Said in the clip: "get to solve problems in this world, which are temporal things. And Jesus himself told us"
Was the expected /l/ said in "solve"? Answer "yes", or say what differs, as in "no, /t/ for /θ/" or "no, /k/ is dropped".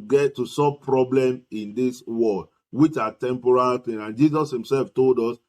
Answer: no, /l/ is dropped